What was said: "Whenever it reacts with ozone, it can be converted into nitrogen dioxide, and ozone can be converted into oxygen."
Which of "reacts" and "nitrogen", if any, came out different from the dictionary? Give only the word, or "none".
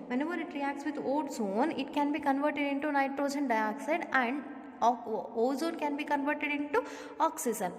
none